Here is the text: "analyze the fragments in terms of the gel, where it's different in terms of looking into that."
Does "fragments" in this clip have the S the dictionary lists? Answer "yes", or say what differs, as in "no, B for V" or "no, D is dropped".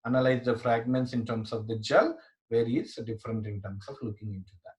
yes